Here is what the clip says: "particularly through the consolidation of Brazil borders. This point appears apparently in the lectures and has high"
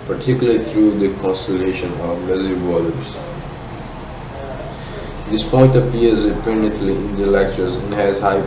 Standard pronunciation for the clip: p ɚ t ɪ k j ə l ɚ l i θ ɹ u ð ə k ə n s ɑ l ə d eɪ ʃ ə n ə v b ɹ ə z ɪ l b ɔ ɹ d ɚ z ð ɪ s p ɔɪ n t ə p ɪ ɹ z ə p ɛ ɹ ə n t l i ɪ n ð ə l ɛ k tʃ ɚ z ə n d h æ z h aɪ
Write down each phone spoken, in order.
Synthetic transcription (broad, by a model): p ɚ t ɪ k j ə l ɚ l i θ ɹ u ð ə k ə n s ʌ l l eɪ ʃ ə n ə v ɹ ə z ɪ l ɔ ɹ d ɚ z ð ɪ s p ɔɪ n t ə p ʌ ɹ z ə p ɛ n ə t l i ɪ n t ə l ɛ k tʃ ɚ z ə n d h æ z h aɪ